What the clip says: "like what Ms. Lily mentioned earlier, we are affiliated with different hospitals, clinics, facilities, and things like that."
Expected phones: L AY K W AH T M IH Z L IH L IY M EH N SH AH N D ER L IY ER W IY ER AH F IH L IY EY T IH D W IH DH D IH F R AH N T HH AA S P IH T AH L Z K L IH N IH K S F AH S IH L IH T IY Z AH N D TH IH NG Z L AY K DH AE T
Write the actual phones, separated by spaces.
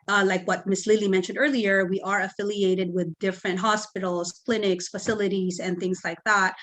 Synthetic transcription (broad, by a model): L AY K W AH T M IH S L IH L IY M EH N SH AH N D ER L IY ER W IY ER AH F IH L IY EY T IH D W IH DH D IH F R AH N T HH AA S P IH T L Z K L IH N IH K S F AH S IH L IH T IY Z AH N TH IH NG Z L AY K DH AE T